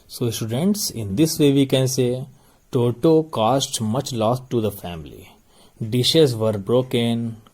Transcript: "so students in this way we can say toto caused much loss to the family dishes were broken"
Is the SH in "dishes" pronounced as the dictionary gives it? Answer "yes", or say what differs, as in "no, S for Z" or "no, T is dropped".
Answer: yes